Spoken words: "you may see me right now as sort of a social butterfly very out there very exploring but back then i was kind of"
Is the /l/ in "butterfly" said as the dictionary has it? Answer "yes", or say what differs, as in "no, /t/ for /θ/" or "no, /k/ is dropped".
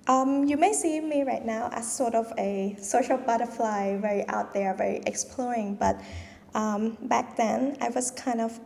yes